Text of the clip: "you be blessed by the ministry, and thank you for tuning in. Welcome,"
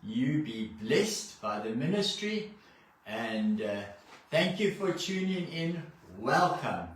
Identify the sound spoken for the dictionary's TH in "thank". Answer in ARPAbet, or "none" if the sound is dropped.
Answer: TH